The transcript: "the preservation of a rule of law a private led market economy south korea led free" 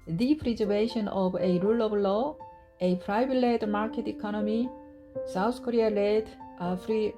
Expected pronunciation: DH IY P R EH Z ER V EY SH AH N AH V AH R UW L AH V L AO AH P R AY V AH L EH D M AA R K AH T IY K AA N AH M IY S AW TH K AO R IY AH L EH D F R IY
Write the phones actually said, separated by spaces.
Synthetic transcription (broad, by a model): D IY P R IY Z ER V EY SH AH N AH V AH R UW L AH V L AO AH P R AY B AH L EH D M AA R K AH T IY K AA N AH M IY S AW T K AO R IY AH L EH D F R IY